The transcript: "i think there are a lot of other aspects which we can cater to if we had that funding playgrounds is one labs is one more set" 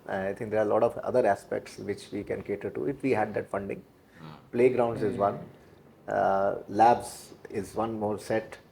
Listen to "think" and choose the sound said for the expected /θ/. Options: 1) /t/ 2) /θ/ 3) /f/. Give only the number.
1